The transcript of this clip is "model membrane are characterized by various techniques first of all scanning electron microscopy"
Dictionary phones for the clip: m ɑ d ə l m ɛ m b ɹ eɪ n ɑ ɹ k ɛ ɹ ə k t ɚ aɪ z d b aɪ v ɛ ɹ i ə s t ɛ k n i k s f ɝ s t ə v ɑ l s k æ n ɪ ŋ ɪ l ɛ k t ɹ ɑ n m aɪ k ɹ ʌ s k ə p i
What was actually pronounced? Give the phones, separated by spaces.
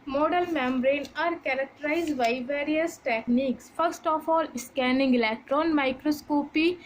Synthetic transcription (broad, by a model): m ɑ d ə l m ɛ m b ɹ eɪ n ɑ ɹ k ɛ ɹ ə k t ɚ aɪ z d b aɪ v ɛ ɹ i ə s t ɛ k n i k s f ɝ s t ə f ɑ l s k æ n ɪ ŋ ɪ l ɛ k t ɹ ɑ n m aɪ k ɹ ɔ s k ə p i